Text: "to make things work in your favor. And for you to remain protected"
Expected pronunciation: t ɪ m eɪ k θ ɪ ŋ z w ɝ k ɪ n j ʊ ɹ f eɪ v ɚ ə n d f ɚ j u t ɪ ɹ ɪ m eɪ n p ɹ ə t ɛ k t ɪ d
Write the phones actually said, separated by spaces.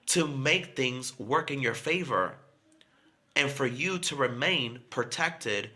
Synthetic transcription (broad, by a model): t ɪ m eɪ k θ ɪ ŋ z w ɝ k ɪ n j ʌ ɹ f eɪ v ɚ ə n f ɚ j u t ɪ ɹ ɪ m eɪ n p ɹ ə t ɛ k t ɪ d